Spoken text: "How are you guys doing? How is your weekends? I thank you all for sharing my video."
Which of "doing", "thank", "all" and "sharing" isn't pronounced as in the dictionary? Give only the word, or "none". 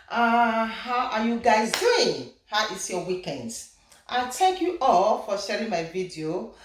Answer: thank